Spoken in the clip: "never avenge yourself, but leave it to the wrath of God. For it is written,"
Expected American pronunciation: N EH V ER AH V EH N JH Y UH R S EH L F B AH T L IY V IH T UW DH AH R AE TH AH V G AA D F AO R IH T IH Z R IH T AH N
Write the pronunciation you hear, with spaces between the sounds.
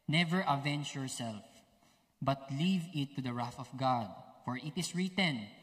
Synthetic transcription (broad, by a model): N EH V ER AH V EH N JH Y UH R S EH L F B AH T L IY V IH T UW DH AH R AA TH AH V G AA D F AO R IH T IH S R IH T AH N